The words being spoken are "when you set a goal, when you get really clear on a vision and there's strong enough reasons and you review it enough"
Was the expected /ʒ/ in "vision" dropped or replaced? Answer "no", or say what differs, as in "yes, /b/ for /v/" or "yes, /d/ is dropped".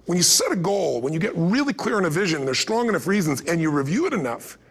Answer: no